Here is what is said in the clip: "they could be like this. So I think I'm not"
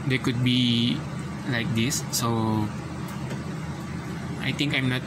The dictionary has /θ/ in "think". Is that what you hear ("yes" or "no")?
no